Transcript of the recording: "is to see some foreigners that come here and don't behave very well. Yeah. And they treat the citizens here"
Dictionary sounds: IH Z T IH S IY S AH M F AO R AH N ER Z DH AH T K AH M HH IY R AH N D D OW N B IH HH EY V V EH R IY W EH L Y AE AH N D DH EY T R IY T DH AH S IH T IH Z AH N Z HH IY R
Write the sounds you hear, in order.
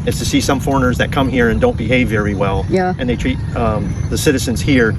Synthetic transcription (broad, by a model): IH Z T IH S IY S AH M F AO R AH N ER Z DH AH T K AH M HH IY R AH N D D OW N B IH HH EY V V EH R IY W EH L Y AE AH N DH EY T R IY T DH AH S IH T IH Z AH N Z HH IY R